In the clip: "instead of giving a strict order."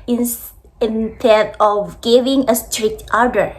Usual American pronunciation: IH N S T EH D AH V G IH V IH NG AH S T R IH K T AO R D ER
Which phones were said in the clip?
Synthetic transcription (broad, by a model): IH N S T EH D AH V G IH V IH NG AH S T R IH K T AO R D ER